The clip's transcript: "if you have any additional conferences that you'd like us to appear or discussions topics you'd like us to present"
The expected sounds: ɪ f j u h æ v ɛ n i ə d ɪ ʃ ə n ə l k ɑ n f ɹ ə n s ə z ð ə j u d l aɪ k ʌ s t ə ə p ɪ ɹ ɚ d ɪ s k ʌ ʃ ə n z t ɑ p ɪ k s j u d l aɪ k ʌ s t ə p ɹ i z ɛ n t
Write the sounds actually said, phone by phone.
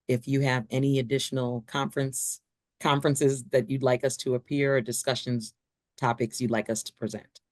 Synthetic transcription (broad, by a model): ɪ f j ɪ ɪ v ɛ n i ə d ɪ ʃ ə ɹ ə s k ɑ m f ɹ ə n s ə z ð ə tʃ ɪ d l aɪ k ʌ s t ə ə p ɪ ɹ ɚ d ɪ s k ʌ ʃ ə n z t ɑ p ɪ k s j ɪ d l aɪ k ʌ s t ə p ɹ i z ɛ n t